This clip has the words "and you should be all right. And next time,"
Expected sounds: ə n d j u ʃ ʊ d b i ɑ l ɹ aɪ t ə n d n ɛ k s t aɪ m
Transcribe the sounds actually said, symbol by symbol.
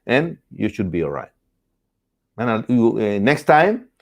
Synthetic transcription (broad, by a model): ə n j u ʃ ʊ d b i ɑ l ɹ aɪ t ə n n ɛ k s t aɪ m